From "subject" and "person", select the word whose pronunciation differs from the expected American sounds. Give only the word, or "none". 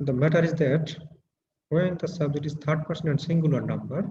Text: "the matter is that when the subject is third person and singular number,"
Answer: subject